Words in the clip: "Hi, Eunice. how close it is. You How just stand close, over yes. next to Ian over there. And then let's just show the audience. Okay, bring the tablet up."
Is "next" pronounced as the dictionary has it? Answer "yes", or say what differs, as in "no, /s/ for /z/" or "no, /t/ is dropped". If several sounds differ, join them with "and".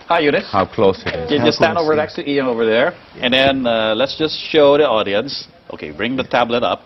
no, /s/ is dropped